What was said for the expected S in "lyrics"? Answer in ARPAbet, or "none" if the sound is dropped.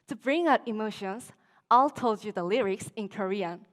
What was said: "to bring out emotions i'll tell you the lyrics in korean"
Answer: S